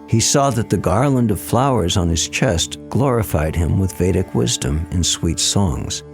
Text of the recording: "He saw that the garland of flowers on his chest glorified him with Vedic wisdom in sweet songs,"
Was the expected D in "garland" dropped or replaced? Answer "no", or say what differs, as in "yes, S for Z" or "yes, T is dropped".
no